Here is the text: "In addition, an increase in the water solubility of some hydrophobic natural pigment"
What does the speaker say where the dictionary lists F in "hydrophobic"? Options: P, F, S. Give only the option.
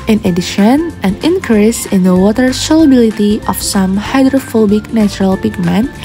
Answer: F